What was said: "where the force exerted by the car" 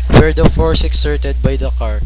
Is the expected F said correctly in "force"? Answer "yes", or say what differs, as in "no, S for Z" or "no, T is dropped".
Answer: yes